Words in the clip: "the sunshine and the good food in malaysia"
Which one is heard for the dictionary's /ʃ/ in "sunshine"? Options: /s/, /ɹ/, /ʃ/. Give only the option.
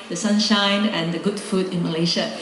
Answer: /ʃ/